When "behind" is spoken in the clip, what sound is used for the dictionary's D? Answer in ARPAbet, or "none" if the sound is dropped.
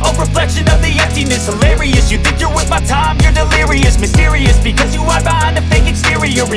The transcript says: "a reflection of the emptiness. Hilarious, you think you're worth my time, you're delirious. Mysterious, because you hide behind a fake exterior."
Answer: none